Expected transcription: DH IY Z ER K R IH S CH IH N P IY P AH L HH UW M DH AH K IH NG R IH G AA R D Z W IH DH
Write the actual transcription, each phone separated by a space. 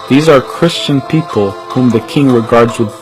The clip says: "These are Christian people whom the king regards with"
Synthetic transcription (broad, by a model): DH IY Z ER K R IH S CH IH N P IY P AH L HH UW M DH AH K IH NG R IH G AA R D Z W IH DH